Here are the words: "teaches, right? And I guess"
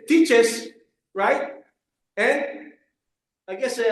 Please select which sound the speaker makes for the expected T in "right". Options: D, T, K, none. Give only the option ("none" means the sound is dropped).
T